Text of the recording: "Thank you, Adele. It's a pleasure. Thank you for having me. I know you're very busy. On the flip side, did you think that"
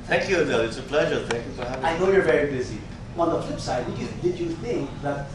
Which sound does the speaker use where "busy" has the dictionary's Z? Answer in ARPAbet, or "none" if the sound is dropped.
Z